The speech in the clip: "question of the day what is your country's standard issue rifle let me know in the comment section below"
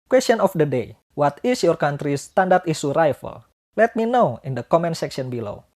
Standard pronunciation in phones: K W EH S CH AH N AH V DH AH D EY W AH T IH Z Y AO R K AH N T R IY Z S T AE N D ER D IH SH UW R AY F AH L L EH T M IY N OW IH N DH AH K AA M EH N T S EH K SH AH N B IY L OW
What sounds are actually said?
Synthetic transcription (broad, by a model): K W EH S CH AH N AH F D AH D EY W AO T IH S Y AO R K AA N T R IY S T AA N D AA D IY S UW R AY F AH L L EH T M IY N OW IH N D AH K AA M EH N S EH K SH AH N B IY L OW